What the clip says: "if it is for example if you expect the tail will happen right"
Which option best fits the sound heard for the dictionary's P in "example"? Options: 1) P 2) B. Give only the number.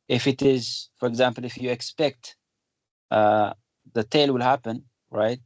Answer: 1